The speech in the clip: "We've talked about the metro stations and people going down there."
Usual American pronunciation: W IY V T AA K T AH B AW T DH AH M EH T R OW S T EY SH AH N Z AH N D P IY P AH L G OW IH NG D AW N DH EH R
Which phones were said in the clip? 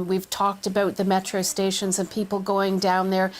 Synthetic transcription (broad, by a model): W IY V T AA K T AH B AW T DH AH M EH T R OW S T EY SH AH N Z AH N P IY P L G OW IH NG D AW N DH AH R